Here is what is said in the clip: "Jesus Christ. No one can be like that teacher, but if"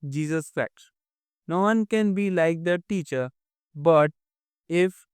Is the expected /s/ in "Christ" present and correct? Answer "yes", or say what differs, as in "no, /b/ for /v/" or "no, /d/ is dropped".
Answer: no, /s/ is dropped